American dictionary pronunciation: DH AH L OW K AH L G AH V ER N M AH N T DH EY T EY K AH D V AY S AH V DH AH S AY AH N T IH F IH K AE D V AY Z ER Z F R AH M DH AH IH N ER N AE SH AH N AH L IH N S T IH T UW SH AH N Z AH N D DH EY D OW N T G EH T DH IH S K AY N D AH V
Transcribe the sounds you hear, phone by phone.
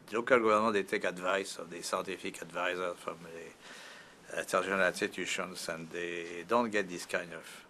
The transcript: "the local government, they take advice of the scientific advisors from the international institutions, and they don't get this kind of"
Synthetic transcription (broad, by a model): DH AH L OW K AH L G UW V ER N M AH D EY T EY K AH D V AY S AH V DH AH S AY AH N T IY F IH K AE D V AY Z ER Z F R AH M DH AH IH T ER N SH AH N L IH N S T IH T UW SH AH N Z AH N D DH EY D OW N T G EH T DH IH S K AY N AH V